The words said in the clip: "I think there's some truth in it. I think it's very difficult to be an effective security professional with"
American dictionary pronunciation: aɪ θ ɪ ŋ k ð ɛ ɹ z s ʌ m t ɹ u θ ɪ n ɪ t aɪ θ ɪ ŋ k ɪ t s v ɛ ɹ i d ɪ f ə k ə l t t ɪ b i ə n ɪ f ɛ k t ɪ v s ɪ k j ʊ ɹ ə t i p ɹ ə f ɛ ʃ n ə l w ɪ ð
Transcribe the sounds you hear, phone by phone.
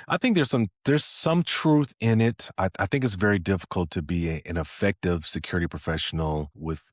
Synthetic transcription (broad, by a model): aɪ θ ɪ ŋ k ð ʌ ɹ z s ʌ m t ɹ u θ ɪ n ɪ t aɪ θ ɪ ŋ k ɪ t s v ɛ ɹ i d ɪ f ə k l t t ɪ b i ə n ɪ f ɛ k t ɪ v s ɪ k j ʊ ɹ ə t i p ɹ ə f ɛ ʃ n l w ɪ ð